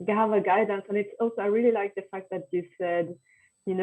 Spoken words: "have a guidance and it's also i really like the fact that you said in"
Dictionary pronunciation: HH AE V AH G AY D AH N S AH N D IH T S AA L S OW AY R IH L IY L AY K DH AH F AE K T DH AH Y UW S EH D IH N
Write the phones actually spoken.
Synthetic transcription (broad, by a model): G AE V AH G AY D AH N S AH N IH T S AA L S OW AY R IH L IY L AY K DH AH F AE K T DH AH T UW S EH D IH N